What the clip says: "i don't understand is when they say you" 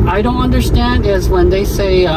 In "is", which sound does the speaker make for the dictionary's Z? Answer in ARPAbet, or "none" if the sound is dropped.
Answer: Z